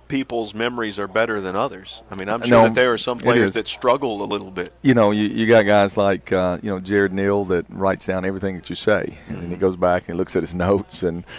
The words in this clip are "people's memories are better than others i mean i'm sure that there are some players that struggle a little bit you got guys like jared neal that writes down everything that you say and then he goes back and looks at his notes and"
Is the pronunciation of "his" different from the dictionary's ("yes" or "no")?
no